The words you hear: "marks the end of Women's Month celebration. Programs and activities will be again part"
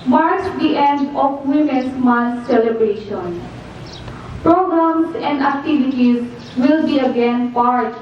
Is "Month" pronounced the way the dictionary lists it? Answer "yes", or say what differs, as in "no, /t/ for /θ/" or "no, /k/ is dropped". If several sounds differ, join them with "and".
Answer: no, /s/ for /θ/